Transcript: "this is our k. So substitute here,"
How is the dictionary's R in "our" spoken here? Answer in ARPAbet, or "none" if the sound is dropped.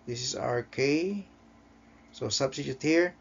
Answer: R